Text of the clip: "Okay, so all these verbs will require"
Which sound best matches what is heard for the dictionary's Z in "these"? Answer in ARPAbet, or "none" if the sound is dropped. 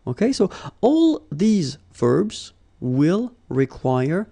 Z